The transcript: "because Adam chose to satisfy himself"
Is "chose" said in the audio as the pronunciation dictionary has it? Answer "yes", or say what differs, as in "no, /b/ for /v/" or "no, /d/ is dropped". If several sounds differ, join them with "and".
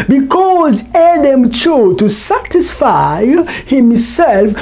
no, /z/ is dropped